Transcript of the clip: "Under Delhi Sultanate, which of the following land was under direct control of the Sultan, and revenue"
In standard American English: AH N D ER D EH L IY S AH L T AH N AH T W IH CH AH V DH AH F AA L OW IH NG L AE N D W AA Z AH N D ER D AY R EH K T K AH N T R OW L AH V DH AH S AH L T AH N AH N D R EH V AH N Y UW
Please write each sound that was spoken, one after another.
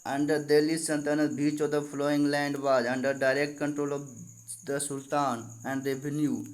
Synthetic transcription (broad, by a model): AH N D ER D EH L IY S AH N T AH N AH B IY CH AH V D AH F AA L OW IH NG L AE N D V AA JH AH N D ER D AY R EH K T K AH N T R OW L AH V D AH S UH L T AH N AH N D R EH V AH N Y UW